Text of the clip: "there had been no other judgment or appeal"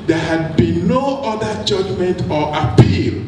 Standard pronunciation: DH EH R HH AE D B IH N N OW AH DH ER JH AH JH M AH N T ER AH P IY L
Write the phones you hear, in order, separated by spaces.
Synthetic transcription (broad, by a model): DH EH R HH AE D B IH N N OW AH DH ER JH AH JH M AH N T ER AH P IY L